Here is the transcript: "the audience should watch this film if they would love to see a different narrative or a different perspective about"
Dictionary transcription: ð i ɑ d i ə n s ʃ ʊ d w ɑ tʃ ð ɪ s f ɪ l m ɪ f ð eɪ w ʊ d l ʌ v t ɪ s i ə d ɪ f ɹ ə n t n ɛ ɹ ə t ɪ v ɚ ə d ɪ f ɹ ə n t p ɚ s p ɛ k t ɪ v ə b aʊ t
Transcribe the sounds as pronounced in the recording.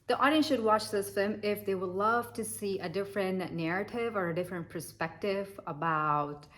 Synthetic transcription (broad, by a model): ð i ɑ d i ə n s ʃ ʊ d w ɑ tʃ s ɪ s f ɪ m ɪ f ð eɪ w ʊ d l ʌ v t ɪ s i ə d ɪ f ɹ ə n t n ɛ ɹ ə t ɪ v ɚ ə d ɪ f ɹ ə n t p ɚ s p ɛ k t ɪ v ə b aʊ t